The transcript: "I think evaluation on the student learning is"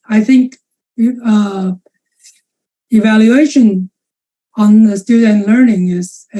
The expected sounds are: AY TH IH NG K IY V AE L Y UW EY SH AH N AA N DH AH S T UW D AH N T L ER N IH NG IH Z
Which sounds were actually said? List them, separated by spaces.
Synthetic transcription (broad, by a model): AY TH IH NG K IY V AE L Y UW EY SH AH N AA N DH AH S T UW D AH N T L ER N IH NG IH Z